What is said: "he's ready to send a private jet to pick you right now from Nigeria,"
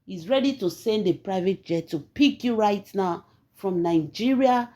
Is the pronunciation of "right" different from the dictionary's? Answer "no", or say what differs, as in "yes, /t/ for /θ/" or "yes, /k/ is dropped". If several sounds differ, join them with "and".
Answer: no